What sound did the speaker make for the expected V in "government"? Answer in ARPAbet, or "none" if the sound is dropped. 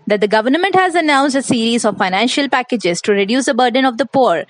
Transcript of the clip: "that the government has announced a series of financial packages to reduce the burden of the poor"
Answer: V